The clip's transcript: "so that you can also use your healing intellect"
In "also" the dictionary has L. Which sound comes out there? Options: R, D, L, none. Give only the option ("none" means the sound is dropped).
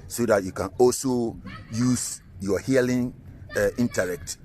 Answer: L